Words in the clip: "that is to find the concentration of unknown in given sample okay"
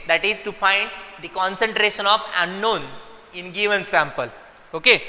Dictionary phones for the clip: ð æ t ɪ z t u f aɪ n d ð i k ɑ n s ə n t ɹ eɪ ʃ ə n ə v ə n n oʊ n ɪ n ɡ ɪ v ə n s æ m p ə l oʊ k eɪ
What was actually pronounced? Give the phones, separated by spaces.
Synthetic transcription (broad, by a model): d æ t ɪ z t u f aɪ n d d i k ɑ n s ə n t ɹ eɪ ʃ ə n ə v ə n n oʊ n ɪ n ɡ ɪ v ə n s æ m p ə l oʊ k eɪ